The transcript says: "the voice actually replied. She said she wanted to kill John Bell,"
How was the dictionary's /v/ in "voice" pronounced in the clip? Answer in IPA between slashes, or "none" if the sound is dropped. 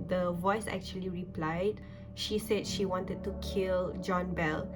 /v/